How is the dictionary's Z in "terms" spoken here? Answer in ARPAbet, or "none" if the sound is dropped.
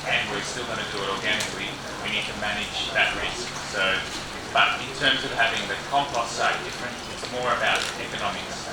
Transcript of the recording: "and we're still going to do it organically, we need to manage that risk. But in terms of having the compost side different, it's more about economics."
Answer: Z